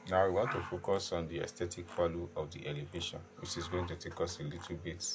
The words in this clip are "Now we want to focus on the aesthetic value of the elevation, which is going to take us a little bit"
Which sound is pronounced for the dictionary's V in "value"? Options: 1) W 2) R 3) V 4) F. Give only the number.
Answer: 4